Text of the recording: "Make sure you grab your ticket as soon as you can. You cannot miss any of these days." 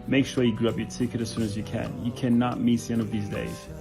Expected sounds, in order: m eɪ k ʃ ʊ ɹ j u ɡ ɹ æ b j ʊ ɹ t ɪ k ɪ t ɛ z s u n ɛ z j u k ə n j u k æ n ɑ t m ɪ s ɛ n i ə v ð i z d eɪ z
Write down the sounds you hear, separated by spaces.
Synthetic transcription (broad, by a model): m eɪ k ʃ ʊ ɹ j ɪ ɡ ɹ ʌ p j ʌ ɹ t ɪ k ɪ t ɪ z s u n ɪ z j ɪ k ə n j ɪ k æ n ɑ t m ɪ s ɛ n ə v ð i z d eɪ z